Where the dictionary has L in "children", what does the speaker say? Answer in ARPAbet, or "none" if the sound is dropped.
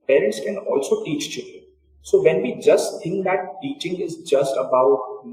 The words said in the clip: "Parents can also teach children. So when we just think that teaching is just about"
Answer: none